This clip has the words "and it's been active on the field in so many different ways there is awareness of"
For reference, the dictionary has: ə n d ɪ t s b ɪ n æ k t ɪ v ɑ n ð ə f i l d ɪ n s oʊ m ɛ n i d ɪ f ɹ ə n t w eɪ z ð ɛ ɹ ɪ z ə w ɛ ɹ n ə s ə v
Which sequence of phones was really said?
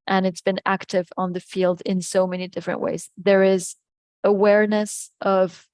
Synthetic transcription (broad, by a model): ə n ɪ t s b ɪ n æ k t ɪ v n ð ə f i l d ɪ n s oʊ m ɛ n i d ɪ f ɹ ə n t w eɪ z ð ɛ ɹ ɪ z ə w ɛ ɹ n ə s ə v